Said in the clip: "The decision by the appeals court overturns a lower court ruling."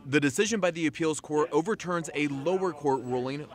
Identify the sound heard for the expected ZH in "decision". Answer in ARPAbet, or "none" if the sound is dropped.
ZH